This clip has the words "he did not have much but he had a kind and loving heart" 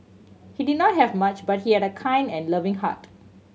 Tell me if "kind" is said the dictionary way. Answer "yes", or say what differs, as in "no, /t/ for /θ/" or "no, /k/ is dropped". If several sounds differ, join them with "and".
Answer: yes